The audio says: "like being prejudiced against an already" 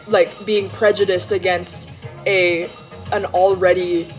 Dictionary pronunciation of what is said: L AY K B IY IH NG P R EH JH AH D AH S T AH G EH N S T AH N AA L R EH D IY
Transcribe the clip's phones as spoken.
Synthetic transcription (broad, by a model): L AY K B IY IH NG P R EH JH AH D AH S T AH G EH N S T AH N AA L R EH D IY